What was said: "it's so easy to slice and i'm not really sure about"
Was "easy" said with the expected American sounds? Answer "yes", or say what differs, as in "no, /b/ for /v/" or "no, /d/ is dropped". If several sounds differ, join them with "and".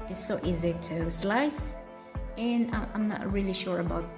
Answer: yes